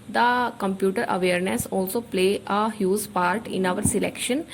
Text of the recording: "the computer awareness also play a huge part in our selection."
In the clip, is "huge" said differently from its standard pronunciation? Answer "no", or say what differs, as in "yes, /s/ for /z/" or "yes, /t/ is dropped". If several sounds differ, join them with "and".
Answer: yes, /z/ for /dʒ/